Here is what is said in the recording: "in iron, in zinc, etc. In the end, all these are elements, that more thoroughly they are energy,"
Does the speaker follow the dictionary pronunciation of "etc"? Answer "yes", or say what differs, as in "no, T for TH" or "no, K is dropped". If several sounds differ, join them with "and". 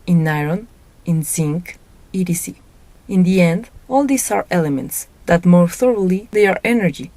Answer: no, S is dropped